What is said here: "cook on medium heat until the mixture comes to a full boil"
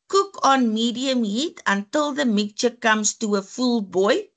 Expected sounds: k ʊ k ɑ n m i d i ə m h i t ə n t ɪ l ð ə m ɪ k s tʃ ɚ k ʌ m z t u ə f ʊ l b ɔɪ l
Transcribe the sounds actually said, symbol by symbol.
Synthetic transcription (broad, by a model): k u k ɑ n m i d i ə m h i t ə n t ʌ l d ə m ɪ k tʃ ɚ k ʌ m s t u ə f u l b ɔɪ